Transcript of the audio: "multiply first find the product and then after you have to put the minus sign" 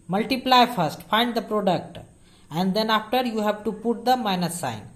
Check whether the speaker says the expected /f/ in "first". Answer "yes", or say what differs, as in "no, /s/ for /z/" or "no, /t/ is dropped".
yes